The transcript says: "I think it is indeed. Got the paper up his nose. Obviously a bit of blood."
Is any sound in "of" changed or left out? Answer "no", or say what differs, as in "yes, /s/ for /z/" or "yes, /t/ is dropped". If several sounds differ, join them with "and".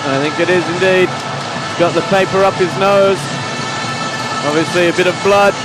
no